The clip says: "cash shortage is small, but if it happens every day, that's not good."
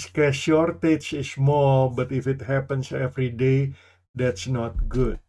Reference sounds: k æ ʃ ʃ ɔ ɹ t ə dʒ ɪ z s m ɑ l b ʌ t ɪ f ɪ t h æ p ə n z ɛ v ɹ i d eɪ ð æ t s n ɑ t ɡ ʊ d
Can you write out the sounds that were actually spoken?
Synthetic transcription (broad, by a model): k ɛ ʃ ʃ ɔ ɹ t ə tʃ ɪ s m ɑ l b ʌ t ɪ f ɪ t h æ p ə n s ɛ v ɹ i d eɪ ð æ t s n ɑ t ɡ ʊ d